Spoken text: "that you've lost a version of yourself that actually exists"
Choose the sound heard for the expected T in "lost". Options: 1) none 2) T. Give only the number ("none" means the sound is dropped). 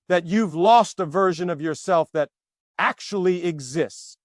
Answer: 2